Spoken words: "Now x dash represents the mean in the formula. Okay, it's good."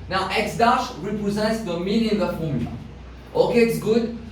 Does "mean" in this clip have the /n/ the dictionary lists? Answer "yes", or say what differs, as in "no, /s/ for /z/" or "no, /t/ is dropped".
no, /l/ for /n/